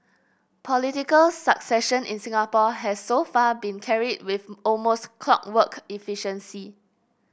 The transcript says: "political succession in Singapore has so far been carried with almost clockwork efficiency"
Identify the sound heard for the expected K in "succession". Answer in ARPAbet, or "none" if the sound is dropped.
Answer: K